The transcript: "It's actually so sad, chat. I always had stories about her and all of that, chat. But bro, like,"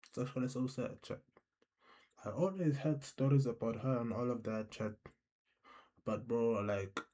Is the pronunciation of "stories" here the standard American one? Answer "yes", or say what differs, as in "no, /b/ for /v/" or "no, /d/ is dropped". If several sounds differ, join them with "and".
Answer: yes